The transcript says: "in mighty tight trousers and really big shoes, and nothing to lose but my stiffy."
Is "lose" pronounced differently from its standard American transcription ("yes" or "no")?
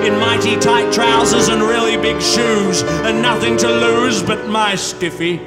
no